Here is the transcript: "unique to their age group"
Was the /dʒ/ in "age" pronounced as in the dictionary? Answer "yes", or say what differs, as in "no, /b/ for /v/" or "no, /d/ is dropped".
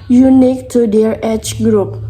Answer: no, /tʃ/ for /dʒ/